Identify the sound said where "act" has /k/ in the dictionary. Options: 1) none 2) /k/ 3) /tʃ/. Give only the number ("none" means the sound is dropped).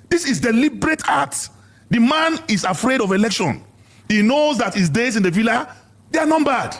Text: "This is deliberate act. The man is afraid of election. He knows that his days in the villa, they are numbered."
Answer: 1